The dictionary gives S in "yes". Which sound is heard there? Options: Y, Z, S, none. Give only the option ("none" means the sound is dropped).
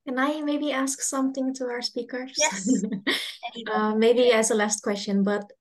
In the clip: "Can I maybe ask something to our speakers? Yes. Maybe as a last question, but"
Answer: none